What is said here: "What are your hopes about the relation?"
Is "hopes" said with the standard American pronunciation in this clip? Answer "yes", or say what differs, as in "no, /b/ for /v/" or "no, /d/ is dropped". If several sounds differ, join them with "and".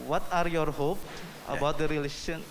no, /s/ is dropped